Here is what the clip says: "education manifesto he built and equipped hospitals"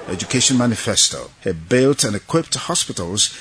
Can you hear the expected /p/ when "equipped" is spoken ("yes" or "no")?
yes